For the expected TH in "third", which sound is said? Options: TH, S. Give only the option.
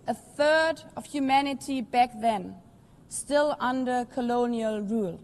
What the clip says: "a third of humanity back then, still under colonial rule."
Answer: TH